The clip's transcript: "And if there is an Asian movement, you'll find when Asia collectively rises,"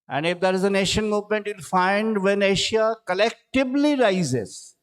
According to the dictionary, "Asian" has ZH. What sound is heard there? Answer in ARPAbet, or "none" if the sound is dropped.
SH